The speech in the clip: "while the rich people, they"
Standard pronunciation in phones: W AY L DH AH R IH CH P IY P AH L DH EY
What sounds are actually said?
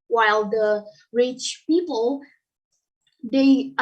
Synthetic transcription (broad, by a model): W AY L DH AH R IH CH P IY P AH L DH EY